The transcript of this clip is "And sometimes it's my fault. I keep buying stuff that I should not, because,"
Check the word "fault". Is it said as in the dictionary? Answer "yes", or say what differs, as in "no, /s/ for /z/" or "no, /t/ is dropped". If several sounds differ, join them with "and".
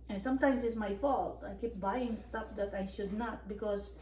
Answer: yes